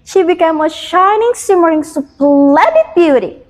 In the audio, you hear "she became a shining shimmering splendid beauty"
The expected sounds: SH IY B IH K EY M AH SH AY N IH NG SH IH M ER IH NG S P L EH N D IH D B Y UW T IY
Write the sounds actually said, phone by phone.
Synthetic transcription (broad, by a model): SH IY B IH K EY M AH SH AY N IH NG S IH M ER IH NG S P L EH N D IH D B Y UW T IY